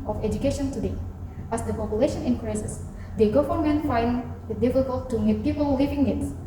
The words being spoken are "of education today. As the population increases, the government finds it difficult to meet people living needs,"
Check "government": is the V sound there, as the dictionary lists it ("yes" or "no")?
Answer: no